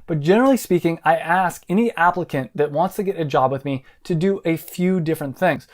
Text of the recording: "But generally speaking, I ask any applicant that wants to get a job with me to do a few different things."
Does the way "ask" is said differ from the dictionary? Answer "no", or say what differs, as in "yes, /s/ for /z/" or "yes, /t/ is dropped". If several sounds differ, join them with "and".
no